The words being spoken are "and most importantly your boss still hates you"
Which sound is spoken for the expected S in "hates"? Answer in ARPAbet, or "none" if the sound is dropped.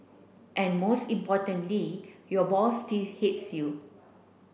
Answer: S